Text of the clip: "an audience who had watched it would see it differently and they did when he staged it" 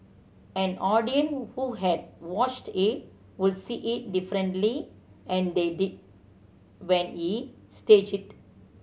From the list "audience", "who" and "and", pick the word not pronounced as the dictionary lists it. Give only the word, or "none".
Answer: audience